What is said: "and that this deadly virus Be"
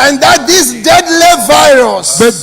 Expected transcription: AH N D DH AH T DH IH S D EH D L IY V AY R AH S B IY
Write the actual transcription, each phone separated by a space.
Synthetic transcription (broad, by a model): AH N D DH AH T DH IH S D EH D L IY V AY R AH S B